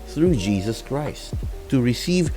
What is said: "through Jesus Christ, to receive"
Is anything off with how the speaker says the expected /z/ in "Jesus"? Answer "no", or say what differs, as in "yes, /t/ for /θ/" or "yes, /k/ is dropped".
no